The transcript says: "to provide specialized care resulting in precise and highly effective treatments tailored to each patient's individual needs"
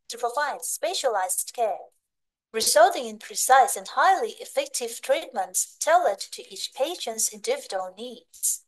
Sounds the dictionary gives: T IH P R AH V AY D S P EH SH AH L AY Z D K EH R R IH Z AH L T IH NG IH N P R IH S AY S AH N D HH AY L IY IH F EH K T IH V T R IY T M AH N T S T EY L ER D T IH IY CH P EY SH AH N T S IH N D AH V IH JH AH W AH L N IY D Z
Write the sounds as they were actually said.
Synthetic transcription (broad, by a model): T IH P R AH V AY D S P EH SH AH L AY Z D K EH R R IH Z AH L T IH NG IH N P R IH S AY S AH N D HH AY L IY IH F EH K T IH V T R IY T M AH N T S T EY L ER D T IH IY CH P EY SH AH N T S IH N D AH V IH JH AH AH L N IY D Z